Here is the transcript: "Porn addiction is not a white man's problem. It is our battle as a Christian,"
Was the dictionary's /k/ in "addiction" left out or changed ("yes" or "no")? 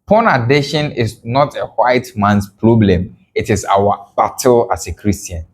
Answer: yes